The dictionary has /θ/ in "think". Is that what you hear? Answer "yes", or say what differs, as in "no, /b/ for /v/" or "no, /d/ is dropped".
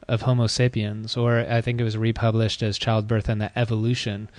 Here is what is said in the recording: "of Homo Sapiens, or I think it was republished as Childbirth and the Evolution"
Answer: yes